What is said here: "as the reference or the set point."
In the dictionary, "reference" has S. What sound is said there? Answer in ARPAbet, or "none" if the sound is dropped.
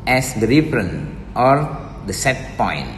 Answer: none